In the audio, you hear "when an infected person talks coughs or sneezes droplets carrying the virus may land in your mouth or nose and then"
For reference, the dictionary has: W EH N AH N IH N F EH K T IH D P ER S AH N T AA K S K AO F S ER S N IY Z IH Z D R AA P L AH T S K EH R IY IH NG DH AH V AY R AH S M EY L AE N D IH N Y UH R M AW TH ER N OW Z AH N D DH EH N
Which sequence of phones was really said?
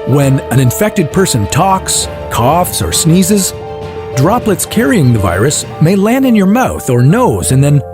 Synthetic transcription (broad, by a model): W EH N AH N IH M F EH K T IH D P ER S AH N T AA K S K AO F S ER S N IY Z IH Z D R AA P L AH T S K EH R IY IH NG DH AH V AY R AH S M EY L AE N D IH N Y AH R M AW TH ER N OW Z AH N DH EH N